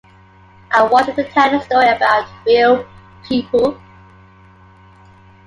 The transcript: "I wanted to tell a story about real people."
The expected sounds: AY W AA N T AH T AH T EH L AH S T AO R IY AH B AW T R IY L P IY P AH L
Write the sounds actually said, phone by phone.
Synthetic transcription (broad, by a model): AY W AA T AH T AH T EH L AH S T AO R IY AH B AW T R IY L P IY P AH L